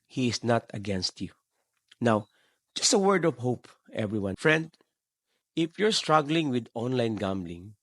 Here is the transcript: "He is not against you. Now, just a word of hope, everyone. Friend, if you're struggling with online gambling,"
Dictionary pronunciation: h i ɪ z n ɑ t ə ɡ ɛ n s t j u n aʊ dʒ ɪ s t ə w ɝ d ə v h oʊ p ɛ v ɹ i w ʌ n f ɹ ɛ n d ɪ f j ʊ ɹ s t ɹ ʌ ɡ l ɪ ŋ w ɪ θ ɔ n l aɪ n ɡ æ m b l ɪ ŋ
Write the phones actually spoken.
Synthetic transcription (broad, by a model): h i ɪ s n ɑ t ə ɡ ɛ n s t j u n aʊ dʒ ɪ s t ə w ɝ d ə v h oʊ p ɛ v ɹ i w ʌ n f ɹ ɛ n d ɪ f j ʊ ɹ s t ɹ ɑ ɡ l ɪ ŋ w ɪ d ɔ n l aɪ n ɡ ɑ m b l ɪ ŋ